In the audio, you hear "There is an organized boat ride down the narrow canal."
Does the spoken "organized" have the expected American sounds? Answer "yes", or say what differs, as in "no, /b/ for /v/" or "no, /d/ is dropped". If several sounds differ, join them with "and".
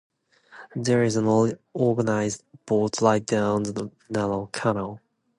no, /l/ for /ɹ/